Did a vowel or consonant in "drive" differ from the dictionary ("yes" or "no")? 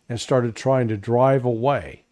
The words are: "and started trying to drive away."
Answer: no